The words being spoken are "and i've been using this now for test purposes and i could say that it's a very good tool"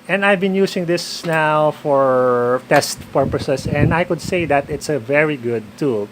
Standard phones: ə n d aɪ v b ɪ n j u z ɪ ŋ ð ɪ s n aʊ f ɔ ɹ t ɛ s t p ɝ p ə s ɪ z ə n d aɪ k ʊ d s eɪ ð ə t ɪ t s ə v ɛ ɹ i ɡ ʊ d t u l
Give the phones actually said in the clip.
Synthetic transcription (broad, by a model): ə n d aɪ v b ɪ n j u s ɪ ŋ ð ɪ s n aʊ f ɔ ɹ t ɛ s t p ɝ p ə s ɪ s ə n d aɪ k ʊ d s eɪ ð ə t ɪ t s ə v ɛ ɹ i ɡ ʊ d t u l